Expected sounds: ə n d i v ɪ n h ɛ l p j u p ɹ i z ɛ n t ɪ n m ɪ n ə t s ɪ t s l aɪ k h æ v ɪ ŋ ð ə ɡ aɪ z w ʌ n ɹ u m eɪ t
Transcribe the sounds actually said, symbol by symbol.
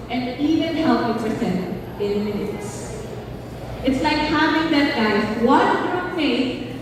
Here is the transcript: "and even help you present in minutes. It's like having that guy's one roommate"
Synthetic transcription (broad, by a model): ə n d i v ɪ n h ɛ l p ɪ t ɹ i s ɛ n ɪ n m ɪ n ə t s ɪ t s l aɪ k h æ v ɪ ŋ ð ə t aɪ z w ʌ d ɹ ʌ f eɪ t